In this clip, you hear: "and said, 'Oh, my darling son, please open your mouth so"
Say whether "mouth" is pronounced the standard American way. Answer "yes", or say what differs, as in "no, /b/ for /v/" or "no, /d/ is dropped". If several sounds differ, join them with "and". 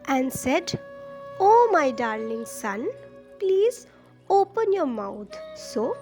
no, /t/ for /θ/